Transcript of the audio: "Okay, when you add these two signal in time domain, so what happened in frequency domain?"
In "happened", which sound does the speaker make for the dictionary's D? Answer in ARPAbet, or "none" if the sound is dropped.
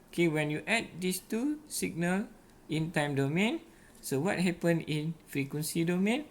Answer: none